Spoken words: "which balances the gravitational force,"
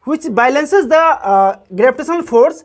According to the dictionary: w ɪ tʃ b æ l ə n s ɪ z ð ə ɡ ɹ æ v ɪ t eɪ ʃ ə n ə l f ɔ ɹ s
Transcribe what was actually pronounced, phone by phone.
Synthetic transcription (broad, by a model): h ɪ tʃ b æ l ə n s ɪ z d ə ɡ ɹ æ b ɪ t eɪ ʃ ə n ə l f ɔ ɹ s